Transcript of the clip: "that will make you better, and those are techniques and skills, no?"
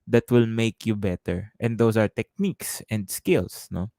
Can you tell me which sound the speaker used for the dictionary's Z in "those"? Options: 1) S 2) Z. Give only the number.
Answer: 1